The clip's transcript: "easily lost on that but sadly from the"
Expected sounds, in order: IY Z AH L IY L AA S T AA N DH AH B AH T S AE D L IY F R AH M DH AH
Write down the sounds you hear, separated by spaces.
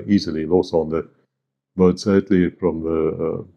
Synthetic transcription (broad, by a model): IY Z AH L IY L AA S AA N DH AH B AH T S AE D L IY F R AH M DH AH